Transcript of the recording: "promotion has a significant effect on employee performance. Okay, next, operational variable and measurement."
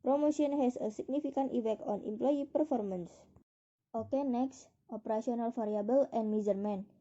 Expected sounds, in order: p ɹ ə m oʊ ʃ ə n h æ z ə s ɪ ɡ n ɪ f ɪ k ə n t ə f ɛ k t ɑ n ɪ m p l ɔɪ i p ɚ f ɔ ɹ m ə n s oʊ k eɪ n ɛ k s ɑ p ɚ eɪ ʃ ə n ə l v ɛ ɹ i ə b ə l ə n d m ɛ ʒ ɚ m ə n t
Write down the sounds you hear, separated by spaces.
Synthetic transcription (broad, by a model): p ɹ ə m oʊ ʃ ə n h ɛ s ə s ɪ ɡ n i f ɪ k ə n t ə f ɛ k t ɑ n ɪ m p l ɔɪ i p ɚ f ɔ ɹ m ə n s oʊ k eɪ n ɛ k s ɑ p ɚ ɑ s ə n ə l f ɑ ɹ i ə b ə l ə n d m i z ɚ m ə n